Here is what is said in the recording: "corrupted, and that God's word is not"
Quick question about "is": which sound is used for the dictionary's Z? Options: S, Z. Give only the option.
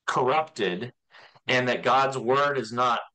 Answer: Z